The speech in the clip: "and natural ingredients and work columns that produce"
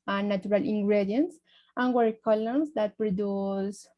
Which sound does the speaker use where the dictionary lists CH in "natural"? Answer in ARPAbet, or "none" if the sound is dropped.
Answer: none